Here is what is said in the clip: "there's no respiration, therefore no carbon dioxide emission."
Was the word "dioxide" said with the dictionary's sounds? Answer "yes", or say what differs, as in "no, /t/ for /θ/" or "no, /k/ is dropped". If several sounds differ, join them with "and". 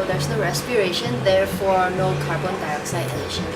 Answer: yes